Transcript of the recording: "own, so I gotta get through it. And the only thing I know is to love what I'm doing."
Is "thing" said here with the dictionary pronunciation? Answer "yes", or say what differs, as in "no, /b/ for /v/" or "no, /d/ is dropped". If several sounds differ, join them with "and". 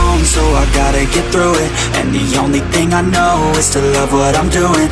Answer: yes